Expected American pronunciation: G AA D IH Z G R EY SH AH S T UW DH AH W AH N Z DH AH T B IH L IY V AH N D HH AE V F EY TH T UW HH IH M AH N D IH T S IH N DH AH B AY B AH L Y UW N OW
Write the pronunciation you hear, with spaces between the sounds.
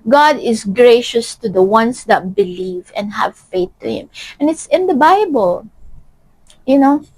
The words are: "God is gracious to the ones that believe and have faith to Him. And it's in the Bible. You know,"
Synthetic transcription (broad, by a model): G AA D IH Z G R EY SH AH S T UW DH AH W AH N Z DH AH T B IH L IY V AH N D HH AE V F EY TH T UW HH IH M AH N IH T S IH N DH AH B AY B AH L Y UW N OW